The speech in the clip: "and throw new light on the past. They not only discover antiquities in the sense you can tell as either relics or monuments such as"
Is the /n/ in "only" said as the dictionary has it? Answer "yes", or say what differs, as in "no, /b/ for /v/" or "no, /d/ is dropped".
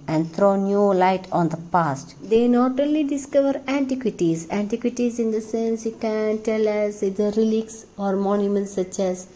no, /n/ is dropped